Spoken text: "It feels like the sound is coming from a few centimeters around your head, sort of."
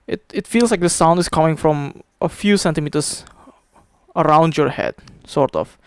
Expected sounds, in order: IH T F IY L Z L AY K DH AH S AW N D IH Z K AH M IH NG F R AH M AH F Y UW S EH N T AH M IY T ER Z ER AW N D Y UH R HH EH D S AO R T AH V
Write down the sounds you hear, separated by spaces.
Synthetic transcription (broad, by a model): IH T F IY L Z L AY K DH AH S AW N D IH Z K AH M IH NG F R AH M AH F Y UW S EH N T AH M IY T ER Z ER AW N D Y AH R HH EH D S AO R T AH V